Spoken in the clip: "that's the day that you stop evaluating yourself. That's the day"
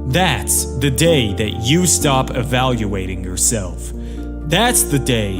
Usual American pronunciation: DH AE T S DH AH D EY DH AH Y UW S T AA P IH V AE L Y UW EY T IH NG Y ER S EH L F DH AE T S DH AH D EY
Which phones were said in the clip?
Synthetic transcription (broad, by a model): DH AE T S DH AH D EY DH AH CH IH S T AA P IH V AE L Y UW EY T IH NG Y ER S EH L F DH AE T S DH AH D EY